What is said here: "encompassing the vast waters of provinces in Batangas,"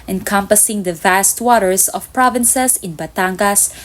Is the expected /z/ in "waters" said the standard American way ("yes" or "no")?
no